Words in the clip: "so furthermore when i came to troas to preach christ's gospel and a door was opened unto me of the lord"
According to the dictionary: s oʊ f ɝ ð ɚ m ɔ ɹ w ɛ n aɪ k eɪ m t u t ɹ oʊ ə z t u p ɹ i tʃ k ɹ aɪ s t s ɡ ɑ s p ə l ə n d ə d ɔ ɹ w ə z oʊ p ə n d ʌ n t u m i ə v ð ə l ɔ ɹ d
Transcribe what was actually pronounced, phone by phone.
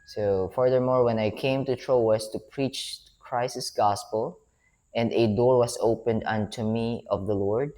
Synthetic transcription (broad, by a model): s oʊ f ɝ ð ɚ m ɔ ɹ w ɛ n aɪ k eɪ m t u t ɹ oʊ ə s t u p ɹ i tʃ k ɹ aɪ s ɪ s ɡ ɑ s p ə l ə n d ə d ɔ ɹ w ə s oʊ p ə n d ʌ n t u m i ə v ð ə l ɔ ɹ d